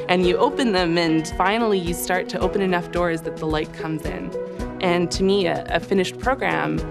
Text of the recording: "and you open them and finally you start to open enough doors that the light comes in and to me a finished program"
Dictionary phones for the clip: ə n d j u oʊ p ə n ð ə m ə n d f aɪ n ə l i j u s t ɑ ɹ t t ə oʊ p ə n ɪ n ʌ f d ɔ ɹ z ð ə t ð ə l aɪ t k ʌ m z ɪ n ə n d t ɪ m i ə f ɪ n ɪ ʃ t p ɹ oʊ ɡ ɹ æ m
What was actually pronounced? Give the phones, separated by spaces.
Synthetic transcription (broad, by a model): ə n j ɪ oʊ p ə n ð ə m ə n f aɪ n l i j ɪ s t ɑ ɹ t t ə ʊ p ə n ɪ n ʌ f d ɔ ɹ z ð ə t ð ə l aɪ t k ʌ m z ɪ n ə n t ɪ m i ə f ɪ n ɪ ʃ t p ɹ oʊ ɡ ɹ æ m